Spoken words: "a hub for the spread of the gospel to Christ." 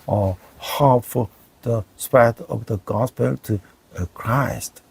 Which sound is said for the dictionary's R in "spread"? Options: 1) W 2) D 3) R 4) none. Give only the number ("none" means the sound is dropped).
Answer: 4